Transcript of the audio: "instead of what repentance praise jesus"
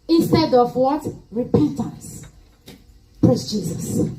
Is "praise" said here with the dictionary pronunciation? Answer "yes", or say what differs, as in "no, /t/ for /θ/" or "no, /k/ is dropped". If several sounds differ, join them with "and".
no, /s/ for /z/